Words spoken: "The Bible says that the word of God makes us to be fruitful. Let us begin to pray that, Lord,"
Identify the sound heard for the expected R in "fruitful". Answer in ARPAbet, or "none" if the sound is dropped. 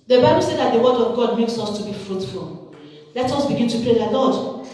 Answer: R